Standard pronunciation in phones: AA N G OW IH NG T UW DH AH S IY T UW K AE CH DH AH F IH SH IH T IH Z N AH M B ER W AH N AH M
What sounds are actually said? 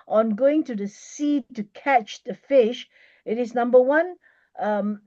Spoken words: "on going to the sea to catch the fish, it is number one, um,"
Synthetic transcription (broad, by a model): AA N G OW IH NG T UW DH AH S IY T UW K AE CH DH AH F IH SH IH T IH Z N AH M B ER W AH N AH M